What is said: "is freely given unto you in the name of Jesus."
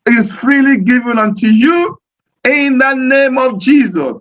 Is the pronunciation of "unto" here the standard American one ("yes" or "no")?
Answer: yes